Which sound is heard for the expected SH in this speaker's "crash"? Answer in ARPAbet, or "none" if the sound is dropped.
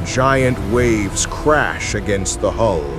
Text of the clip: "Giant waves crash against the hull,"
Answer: SH